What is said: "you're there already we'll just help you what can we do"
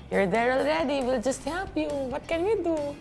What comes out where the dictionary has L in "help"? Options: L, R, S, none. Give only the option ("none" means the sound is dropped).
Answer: none